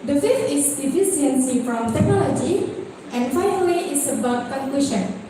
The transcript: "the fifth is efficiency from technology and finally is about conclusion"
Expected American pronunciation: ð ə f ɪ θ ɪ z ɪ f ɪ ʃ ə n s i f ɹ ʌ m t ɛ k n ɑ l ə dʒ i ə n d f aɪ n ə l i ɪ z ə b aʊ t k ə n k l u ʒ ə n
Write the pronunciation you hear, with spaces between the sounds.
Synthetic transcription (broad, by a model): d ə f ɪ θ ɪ s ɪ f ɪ s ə n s i f ɹ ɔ m t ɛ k n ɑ l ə dʒ i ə n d f aɪ n ə l i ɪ s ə b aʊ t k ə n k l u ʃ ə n